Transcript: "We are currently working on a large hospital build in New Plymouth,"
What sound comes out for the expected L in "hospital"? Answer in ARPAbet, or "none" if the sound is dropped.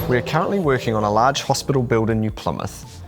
L